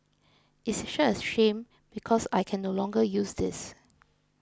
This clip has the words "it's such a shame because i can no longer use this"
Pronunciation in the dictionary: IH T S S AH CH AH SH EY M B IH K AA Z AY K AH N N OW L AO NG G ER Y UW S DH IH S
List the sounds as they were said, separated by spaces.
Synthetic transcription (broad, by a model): IH T S SH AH AH SH EY M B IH K AA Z AY K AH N N OW L AO NG G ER Y UW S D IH S